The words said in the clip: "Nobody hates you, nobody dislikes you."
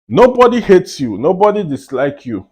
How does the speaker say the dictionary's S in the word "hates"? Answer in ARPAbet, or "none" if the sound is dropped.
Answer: S